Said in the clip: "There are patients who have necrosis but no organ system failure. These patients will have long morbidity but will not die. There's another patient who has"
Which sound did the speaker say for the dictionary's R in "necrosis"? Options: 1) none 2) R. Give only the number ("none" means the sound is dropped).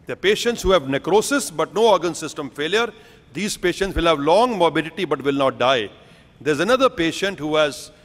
2